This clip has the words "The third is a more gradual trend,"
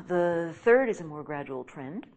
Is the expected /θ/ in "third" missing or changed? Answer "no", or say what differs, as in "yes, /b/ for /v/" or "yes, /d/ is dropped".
no